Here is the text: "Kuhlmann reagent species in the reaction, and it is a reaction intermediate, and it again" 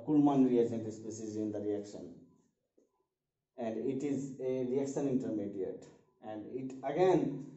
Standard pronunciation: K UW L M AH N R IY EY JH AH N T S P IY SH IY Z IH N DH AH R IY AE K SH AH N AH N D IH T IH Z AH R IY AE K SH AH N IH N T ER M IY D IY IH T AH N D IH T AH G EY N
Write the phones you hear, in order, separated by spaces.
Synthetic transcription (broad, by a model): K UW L M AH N R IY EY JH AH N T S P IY S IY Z IH N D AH R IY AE K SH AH N AH N D IH T IH Z AH R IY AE K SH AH N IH N T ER M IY D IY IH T AH N D IH T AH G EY N